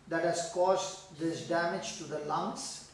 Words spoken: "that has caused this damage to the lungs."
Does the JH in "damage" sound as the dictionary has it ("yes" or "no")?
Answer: yes